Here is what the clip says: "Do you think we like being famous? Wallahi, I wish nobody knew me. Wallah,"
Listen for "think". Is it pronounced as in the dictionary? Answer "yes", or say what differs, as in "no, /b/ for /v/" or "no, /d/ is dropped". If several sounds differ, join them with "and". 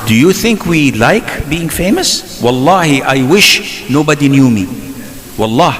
yes